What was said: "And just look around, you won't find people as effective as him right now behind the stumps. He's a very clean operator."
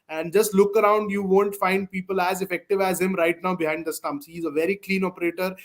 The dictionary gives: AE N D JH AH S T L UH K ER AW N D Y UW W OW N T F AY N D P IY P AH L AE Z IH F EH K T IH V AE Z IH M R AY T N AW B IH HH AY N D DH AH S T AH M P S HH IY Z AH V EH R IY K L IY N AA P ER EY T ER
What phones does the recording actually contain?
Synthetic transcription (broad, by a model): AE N D JH AH S T L UH K ER AW N D Y UW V OW N T F AY N D P IY P AH L AE Z IH F EH K T IH V AE Z IH M R AY T N AW B IH HH AY N D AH S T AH M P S HH IY Z AH V EH R IY K L IY N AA P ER EY T ER